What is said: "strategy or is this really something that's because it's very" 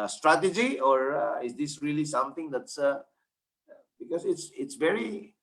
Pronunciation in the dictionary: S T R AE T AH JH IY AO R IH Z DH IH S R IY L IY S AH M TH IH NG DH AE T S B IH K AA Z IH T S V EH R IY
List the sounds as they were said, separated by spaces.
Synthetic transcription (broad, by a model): S T R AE T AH JH IY AO R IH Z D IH S R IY L IY S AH M T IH NG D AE T S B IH K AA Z IH T S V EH R IY